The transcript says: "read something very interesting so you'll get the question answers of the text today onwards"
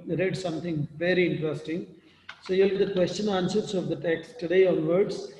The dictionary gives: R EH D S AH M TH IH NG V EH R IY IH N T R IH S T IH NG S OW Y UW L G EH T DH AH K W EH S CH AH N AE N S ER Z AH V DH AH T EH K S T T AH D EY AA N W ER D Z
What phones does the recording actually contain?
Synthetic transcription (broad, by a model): R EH D S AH M T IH NG V EH R IY IH N T R IH S T IH NG S OW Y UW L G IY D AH K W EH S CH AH N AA N S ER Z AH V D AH T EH K S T T AH D EY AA N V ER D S